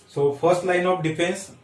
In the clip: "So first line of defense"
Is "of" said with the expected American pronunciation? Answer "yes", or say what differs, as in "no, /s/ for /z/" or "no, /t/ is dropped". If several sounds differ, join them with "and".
no, /p/ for /v/